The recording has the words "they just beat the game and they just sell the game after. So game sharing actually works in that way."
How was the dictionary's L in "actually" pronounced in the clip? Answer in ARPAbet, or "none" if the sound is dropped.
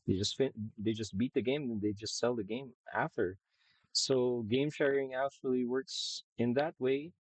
L